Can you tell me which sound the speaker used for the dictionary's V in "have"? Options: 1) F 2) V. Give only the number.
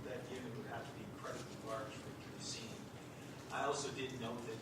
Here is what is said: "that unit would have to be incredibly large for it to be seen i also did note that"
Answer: 1